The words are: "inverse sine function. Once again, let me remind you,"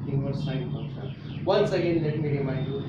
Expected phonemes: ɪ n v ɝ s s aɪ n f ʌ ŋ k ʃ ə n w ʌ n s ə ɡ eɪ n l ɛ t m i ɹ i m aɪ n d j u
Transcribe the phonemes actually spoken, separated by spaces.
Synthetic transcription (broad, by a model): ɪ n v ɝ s s aɪ n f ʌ k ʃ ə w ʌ n s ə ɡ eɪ n l ɛ t m i ɹ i m aɪ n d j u